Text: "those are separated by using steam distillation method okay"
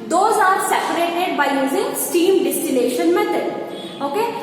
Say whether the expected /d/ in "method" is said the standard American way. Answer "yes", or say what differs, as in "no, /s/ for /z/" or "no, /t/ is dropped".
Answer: no, /d/ is dropped